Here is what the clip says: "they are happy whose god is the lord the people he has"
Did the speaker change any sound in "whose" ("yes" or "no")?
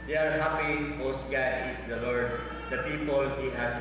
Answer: yes